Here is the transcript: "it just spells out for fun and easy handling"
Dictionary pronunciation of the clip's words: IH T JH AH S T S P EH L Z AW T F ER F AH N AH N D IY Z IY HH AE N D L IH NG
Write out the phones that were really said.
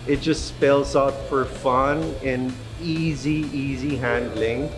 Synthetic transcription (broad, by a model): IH T JH AH S T S P EH L Z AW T F ER F AH N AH N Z IY Z IY HH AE N D L IH NG